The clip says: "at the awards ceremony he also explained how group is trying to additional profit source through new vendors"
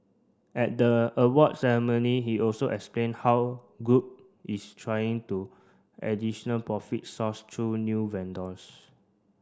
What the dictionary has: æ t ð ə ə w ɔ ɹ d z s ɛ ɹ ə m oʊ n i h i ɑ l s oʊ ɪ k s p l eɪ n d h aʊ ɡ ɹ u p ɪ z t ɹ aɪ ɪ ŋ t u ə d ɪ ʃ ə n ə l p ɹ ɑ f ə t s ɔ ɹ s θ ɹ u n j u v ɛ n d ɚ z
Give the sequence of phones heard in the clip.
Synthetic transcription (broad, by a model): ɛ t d ə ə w ɔ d s ɛ ɹ ə m oʊ n i h i ɑ l s oʊ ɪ k s p l eɪ n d h aʊ ɡ u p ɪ s t ɹ aɪ ɪ ŋ t u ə d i ʃ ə n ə l p ɹ ɑ f ə t s ɔ s t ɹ u n j u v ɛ n d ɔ s